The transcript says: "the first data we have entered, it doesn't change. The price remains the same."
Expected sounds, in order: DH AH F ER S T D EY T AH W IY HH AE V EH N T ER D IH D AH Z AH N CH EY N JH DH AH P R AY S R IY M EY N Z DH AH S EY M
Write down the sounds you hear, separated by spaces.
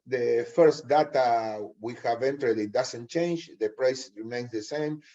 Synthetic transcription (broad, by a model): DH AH F ER S T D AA T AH W IY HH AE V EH N T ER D IH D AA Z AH N CH EY N JH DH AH P R AY S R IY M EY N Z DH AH S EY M